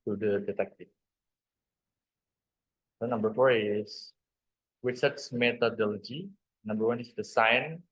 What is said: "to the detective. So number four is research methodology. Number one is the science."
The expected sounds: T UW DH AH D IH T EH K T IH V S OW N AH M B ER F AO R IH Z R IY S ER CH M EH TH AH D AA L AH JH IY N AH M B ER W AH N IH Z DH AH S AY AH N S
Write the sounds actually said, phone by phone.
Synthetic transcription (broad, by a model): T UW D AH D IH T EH K T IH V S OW N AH M B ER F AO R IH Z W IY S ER S M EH T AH D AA L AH JH IY N AH M B ER W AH N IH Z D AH S AY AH N